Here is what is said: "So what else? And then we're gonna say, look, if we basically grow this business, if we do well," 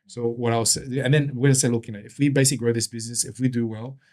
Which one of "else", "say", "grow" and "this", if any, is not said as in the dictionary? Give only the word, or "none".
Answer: else